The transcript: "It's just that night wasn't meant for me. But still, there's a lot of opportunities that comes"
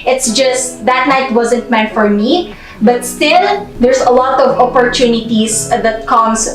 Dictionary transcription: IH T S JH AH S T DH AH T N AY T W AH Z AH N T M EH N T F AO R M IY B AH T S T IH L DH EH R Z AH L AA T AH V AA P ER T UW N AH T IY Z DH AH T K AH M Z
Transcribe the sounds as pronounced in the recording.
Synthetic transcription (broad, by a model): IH T S JH AH S T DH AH T N AY T W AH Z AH N T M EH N F AO R M IY B AH T S T IH L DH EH R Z AH L AA T AH V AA P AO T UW N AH T IY S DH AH T K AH M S